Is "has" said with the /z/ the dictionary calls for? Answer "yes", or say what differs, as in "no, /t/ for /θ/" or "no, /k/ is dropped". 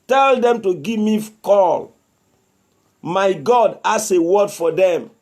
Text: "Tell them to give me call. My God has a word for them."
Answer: no, /s/ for /z/